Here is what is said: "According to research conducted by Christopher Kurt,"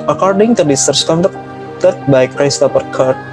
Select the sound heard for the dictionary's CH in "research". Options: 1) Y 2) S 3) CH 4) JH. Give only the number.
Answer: 2